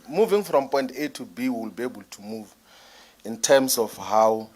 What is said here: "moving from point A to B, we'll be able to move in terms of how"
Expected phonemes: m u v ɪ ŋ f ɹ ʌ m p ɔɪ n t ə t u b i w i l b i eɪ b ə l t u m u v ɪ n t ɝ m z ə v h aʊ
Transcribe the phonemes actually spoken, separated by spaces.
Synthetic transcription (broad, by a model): m u v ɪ ŋ f ɹ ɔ m p ɔɪ n t ə t u b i w i l b i eɪ b ə l t u m u v ɪ n t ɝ m s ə f h aʊ